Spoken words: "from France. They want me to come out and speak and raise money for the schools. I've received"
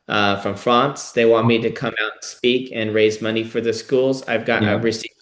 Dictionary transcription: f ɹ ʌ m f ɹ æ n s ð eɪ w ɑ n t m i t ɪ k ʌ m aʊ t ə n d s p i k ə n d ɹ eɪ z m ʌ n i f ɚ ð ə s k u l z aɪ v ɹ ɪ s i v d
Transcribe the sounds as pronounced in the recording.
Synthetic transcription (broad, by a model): f ɹ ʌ m f ɹ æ n s ð eɪ w ɑ n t m i t ɪ k ʌ m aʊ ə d s p i k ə n ɹ eɪ z m ʌ n i f ɚ ð ə s k u l z aɪ v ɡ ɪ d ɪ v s